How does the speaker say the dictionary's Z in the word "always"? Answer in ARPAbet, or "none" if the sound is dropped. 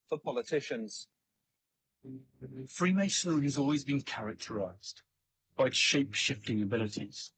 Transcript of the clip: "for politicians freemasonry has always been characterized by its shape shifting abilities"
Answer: Z